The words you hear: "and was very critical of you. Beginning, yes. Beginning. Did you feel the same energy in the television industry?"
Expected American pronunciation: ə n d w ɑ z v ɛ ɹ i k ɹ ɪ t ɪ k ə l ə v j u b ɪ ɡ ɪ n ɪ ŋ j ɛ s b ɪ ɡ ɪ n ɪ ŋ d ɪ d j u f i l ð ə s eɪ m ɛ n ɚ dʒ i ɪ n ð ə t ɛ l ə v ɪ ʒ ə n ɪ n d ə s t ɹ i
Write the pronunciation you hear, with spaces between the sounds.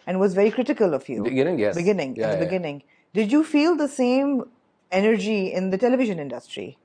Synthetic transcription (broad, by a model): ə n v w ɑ z v ɛ ɹ i k ɹ ɪ t ɪ k ə l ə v j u b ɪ ɡ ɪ n ɪ ŋ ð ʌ b ɪ ɡ ɪ n ɪ ŋ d ɪ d j u f i l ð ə s eɪ m ɛ n ɚ dʒ i ɪ n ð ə t ɛ l ə v ɪ ʒ ə n ɪ n d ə s t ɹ i